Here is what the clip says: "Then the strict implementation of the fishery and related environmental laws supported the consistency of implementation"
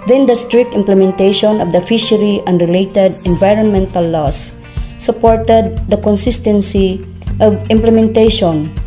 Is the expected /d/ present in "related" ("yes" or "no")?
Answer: yes